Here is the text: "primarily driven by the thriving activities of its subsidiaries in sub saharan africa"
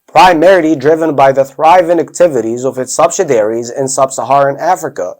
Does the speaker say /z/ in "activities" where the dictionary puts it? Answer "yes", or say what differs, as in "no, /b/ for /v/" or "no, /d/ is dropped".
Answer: yes